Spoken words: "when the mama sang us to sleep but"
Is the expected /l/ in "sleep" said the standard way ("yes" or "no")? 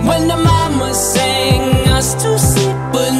no